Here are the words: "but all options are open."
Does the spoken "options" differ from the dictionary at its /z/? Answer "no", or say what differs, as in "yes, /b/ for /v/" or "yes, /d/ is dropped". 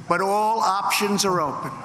no